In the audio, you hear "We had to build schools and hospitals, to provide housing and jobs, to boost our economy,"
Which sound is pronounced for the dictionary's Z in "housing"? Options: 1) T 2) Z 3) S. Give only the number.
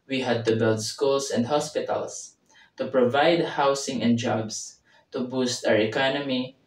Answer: 3